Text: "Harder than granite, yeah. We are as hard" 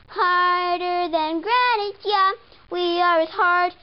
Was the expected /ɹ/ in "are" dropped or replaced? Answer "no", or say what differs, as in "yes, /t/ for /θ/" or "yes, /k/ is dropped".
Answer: yes, /w/ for /ɹ/